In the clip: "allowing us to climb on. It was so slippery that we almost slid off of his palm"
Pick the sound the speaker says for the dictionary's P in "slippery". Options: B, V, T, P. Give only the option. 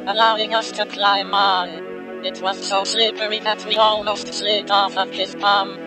B